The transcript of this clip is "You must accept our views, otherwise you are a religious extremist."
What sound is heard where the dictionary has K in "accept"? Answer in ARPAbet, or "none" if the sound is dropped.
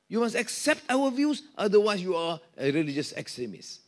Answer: K